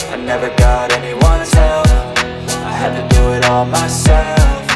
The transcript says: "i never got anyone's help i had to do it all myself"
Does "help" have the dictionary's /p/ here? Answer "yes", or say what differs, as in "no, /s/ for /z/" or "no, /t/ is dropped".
no, /f/ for /p/